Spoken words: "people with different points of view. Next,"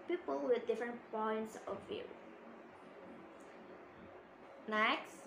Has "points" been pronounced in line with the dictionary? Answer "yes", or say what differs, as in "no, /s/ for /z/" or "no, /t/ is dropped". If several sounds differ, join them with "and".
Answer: yes